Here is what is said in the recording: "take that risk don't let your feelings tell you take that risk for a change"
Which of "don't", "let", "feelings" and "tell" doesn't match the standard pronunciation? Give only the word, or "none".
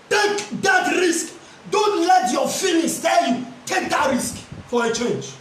feelings